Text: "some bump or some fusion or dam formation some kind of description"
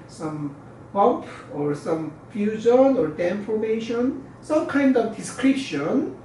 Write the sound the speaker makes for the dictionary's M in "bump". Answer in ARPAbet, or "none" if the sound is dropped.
none